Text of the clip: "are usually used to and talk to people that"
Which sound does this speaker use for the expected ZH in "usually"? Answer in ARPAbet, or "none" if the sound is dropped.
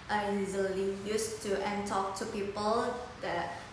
Z